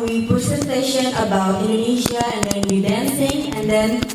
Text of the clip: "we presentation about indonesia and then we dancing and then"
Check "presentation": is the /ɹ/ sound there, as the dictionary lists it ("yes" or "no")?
no